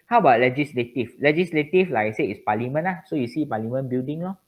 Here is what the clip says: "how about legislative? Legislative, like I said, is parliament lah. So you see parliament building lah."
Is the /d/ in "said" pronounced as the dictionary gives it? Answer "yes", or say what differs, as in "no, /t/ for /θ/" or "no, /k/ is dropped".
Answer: no, /d/ is dropped